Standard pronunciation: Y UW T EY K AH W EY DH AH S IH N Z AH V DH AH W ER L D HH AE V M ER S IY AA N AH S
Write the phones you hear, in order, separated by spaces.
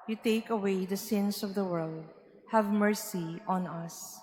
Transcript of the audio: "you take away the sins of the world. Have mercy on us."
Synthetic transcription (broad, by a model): Y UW T EY K AH W EY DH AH S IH N S AH V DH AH W ER L D HH AE V M ER S IY AA N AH S